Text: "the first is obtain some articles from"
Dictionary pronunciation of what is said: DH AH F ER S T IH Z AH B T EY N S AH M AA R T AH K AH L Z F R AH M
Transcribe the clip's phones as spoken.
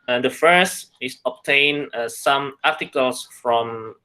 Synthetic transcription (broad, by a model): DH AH F ER S T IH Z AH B T EY N S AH M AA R T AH K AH L S F R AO M